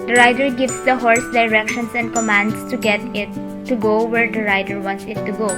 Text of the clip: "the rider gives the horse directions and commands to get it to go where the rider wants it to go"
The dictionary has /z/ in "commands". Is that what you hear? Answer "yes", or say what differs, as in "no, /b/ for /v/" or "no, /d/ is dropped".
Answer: no, /s/ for /z/